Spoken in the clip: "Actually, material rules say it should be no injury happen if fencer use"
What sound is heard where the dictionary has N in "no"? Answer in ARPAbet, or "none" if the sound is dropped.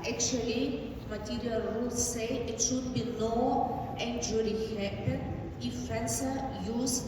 L